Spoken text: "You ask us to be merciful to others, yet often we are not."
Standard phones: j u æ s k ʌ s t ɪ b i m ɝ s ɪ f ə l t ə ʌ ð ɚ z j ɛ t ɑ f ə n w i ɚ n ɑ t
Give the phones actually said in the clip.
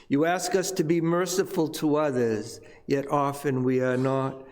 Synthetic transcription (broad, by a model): j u æ s k ʌ s t ɪ b i m ɝ s ɪ f ə l t ə ʌ ð ɚ z j ɛ t ɑ f ə n w i ɚ n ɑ t